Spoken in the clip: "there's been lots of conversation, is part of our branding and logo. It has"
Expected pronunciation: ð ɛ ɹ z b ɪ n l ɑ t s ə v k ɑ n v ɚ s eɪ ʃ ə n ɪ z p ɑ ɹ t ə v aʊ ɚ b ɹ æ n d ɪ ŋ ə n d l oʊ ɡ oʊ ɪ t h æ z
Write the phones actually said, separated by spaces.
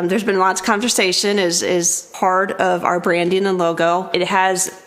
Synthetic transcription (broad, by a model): ð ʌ ɹ z b ɪ n l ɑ t ə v k ɑ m v ɚ s eɪ ʃ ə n ɪ z p ɑ ɹ t ə v aʊ ɚ b ɹ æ n d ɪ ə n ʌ l oʊ ɡ oʊ ɪ t h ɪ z